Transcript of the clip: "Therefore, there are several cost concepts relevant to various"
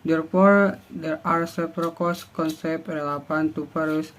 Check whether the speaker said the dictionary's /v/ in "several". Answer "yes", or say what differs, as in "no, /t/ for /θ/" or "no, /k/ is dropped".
no, /p/ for /v/